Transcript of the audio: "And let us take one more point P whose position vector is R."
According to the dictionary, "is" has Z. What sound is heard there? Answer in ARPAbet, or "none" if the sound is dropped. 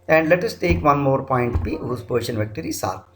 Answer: S